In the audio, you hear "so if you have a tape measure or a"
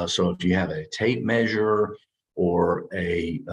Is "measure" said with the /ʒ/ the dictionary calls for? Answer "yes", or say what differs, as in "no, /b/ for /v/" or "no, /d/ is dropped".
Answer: yes